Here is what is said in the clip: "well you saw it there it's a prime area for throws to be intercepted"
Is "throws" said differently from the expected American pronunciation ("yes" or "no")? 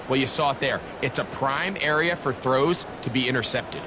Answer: no